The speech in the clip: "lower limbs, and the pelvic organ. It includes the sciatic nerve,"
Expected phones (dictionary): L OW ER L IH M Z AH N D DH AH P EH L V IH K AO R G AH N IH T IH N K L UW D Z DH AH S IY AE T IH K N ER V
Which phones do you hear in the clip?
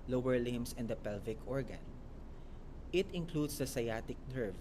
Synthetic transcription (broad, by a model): L OW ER L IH M S AH N D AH P EH L V IH K AO R G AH N IH T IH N K L UW D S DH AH S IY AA T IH K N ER V